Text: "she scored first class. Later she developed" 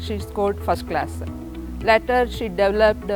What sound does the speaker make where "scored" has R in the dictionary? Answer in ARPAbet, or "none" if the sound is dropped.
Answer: L